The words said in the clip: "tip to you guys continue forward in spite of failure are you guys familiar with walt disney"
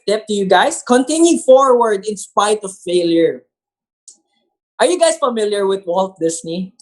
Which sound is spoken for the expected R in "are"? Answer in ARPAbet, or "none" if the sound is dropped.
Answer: R